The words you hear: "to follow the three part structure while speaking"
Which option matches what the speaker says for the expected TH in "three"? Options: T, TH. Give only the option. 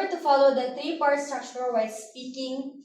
T